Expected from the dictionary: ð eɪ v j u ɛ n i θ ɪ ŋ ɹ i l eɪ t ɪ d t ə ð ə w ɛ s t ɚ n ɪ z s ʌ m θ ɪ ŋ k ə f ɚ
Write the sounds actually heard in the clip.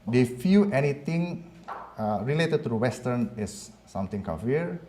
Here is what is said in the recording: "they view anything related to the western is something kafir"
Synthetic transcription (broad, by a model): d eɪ f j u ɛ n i t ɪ ŋ ɹ i l eɪ t ɪ d t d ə w ɛ s t ɚ n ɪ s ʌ m t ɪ ŋ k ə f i